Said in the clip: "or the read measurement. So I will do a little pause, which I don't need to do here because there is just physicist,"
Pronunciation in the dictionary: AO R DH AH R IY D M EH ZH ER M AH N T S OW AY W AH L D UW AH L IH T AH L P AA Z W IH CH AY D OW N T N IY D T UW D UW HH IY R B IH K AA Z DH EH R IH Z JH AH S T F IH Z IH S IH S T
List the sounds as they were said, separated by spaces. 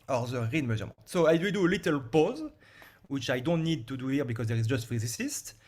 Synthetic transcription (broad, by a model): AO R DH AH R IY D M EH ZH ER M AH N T S OW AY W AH D UW AH L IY T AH L P AA Z W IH CH AY D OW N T N IY D T UW D UW HH IY R B IH K AA Z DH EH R IH Z JH AH S T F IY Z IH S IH S T